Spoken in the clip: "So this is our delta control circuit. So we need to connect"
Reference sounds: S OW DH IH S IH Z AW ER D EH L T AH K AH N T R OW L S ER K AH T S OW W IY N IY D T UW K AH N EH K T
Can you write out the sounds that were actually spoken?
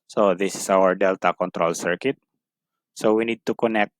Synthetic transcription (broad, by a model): S OW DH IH S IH S AW ER D EH L T AH K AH N T R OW L S ER K AH T S OW W IY N IY D T UW K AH N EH K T